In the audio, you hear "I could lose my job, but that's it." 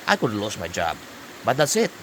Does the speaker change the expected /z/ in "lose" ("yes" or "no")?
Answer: yes